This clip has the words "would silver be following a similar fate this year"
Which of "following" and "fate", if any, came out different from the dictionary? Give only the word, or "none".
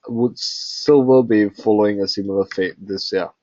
none